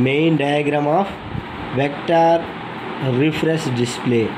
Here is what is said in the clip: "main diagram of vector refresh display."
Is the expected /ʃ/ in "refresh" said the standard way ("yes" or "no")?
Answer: no